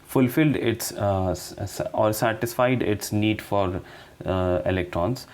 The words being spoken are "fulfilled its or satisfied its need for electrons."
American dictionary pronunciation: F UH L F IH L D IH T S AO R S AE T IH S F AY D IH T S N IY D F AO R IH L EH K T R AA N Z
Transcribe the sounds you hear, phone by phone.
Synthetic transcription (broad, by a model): F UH L F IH L D IH T S AO R S AE T IH S F AY D IH T S N IY D F AO R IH L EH K T R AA N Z